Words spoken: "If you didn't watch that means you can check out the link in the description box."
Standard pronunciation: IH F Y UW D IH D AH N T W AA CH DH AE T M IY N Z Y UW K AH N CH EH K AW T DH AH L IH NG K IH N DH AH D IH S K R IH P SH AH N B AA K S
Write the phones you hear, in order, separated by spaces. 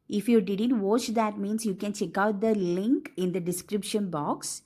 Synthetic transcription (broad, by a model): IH F Y UW D IH D AH N T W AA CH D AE T M IY N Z Y UW K AH N CH EH K AW T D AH L IH NG K IH N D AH D IH S K R IH P SH AH N B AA K S